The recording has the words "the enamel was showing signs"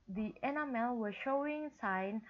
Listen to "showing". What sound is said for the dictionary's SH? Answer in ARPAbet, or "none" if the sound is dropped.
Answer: SH